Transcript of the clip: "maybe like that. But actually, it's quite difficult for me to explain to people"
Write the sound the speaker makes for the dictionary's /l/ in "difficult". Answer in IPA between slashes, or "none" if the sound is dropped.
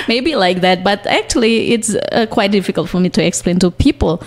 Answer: /l/